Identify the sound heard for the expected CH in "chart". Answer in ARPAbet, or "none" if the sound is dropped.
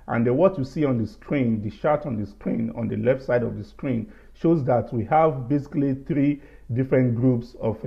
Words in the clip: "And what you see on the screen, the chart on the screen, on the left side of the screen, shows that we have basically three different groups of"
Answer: SH